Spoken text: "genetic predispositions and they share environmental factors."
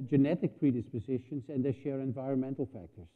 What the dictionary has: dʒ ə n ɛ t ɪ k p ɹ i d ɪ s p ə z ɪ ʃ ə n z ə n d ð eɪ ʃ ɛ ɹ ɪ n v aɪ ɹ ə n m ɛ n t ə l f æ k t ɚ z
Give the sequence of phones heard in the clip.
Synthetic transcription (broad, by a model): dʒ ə n ɛ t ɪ k p ɹ i d ɪ s p ə z ɪ ʃ ə n z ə n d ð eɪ ʃ ɛ ɹ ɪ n v aɪ ɹ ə n m ɛ n t l f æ k t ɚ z